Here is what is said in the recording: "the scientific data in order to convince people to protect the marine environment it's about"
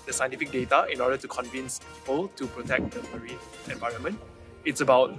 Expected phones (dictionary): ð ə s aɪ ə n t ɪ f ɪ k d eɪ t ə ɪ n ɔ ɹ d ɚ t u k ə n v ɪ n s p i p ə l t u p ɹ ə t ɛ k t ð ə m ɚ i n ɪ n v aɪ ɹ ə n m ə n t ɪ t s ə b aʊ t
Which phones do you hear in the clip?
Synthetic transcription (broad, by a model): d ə s aɪ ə n t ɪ f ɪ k d eɪ t ə ɪ n ɔ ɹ d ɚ t u k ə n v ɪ n s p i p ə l t u p ɹ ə t ɛ k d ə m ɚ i ɪ n v aɪ ɹ ə n m ə n t ɪ t s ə b aʊ t